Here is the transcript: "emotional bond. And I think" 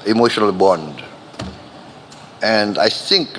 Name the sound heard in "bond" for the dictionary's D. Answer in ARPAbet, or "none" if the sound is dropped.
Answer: D